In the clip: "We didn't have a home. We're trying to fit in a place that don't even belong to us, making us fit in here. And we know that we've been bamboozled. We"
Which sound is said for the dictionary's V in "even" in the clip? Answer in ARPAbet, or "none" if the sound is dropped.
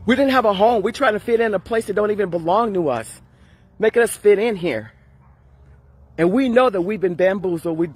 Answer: V